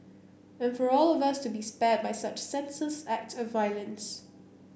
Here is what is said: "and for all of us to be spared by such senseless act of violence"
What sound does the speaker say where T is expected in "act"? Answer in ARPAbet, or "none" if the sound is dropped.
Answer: T